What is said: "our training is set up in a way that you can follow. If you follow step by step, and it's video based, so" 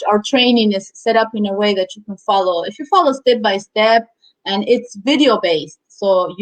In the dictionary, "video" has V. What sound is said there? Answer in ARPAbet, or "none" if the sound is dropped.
V